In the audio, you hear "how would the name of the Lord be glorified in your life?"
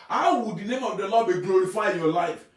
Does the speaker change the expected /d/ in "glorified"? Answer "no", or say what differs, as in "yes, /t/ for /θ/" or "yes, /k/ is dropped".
yes, /d/ is dropped